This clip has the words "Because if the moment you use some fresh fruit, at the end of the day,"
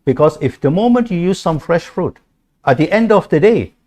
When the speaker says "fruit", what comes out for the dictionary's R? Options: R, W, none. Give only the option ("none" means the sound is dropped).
R